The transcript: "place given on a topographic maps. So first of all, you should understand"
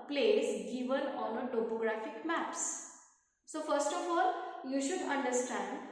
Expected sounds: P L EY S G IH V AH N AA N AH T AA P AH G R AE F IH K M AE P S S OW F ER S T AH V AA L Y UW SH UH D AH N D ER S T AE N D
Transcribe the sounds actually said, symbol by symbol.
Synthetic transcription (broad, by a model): P L EY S G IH V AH N AA N AH T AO P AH G R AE F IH K M AE P S S OW F ER S T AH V AA L Y UW SH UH D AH N D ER S T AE N D